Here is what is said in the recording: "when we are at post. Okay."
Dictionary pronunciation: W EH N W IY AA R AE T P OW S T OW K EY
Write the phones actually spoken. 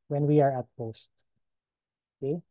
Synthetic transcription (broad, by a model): W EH N W IY AA R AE T P OW S T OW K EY